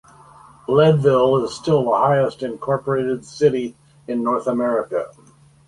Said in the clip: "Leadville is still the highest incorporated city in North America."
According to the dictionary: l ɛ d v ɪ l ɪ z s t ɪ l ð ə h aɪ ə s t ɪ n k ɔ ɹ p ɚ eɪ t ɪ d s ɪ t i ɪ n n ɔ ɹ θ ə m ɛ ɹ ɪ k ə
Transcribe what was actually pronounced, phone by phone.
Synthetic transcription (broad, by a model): l ɛ d v ɪ l ɪ z s t ɪ l ð ə h aɪ ə s t ɪ n k ɔ ɹ p ɚ eɪ t ɪ d s ɪ t i ɪ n n ɔ ɹ θ ə m ɛ ɹ ɪ k ə